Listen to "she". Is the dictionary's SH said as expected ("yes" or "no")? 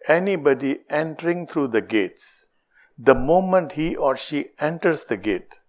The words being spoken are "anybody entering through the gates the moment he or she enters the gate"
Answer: yes